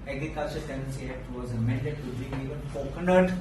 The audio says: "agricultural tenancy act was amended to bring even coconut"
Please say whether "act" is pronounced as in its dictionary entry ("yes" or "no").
no